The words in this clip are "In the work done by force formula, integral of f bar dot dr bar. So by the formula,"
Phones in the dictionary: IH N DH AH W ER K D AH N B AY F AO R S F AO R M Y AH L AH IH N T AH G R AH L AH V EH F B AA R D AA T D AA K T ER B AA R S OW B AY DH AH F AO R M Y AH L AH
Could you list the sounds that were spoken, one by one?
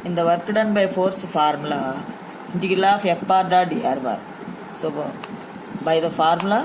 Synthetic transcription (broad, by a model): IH N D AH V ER K D AH N B AY F AO R S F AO R M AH L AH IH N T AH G AH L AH F EH F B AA R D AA D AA T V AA R S OW B AY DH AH F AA R M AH L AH